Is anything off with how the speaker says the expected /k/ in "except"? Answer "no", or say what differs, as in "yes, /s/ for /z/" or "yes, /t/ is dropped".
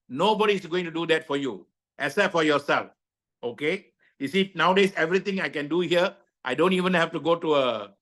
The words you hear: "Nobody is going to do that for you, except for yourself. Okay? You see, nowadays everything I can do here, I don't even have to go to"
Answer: yes, /k/ is dropped